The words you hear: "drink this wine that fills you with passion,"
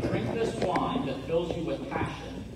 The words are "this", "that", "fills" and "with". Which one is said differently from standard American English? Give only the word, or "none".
none